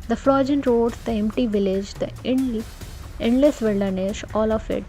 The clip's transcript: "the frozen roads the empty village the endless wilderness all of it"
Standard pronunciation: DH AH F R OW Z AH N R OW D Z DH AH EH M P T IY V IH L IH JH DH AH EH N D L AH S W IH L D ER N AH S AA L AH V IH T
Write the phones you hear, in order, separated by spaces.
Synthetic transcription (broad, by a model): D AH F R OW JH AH N R OW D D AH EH M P T IY V IH L IH JH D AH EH N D L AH S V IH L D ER N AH SH AA L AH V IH T